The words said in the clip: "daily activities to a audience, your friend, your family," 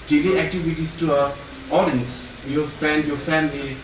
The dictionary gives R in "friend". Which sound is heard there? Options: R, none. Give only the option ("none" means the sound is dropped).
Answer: none